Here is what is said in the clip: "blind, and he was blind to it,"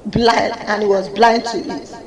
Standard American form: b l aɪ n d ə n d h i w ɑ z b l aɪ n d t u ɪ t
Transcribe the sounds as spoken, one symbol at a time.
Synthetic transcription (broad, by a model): b l aɪ n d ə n h i w ɑ z b l aɪ n d t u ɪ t